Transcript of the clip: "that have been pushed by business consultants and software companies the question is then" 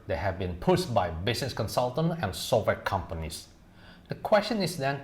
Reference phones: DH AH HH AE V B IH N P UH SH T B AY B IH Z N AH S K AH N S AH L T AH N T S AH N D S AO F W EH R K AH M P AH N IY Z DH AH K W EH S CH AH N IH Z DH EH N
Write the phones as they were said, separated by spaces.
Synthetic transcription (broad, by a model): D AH HH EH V B IH N P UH S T B AY B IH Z N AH S K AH N S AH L T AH N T AH N S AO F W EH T K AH M P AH N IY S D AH K W EH S CH AH N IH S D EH N